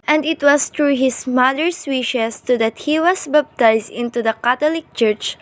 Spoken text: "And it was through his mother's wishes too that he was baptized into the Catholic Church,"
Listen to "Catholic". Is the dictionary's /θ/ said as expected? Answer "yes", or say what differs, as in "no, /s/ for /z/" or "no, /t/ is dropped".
no, /t/ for /θ/